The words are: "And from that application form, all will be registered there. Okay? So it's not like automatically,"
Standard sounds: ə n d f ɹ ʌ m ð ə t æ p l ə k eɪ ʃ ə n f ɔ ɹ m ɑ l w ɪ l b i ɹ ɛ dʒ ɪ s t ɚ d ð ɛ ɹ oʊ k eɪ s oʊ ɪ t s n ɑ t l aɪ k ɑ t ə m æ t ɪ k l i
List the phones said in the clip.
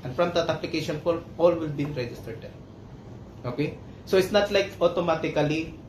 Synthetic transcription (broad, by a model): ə n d f ɹ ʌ m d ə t æ p l ə k eɪ ʃ ə n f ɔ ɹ ɑ l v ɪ l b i ɹ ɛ dʒ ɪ s t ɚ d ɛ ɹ oʊ k eɪ s oʊ ɪ t s n ɑ t l aɪ k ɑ t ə m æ t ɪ k l i